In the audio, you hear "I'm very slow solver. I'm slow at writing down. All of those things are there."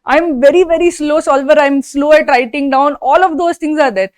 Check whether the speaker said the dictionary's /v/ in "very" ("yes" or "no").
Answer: yes